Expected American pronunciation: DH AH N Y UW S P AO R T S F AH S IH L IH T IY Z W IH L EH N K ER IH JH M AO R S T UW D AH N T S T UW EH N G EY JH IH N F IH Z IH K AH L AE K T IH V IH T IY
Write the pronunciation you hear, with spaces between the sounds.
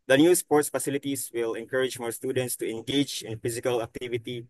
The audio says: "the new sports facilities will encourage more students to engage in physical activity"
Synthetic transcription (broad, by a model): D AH N Y UW S P AO R T S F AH S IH L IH T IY S W IH L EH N K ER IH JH M AO R S T UW D AH N T S T UW EH N G EY JH IH N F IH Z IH K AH L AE K T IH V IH T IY